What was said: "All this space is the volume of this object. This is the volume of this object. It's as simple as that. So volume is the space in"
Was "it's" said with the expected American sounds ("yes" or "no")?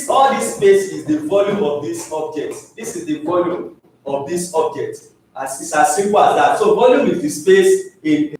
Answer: no